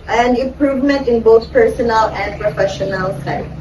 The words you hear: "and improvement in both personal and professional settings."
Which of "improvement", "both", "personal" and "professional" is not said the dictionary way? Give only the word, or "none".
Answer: both